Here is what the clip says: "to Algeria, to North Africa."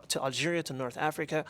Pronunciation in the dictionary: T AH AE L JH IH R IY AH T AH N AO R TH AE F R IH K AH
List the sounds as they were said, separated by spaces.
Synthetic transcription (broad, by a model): T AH AE L JH IH R IY AH T AH N AO R TH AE F R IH K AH